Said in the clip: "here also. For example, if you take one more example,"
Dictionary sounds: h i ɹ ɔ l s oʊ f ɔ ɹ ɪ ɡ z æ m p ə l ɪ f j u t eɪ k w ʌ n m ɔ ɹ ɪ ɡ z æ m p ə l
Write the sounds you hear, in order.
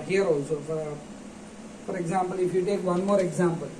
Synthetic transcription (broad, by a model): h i ɹ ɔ s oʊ f ɔ ɹ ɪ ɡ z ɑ m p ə l ɪ f j u t eɪ k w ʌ n m ɔ ɹ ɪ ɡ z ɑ m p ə l